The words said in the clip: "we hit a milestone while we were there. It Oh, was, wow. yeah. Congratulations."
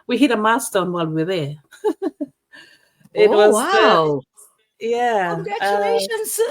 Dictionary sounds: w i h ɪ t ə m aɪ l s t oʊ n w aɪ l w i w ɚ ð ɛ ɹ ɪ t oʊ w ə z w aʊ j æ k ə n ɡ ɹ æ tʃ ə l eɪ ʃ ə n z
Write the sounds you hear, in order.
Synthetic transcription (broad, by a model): w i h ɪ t ə m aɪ s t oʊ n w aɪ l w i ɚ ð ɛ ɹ ɪ t w ə z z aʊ j æ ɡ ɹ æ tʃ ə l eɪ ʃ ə n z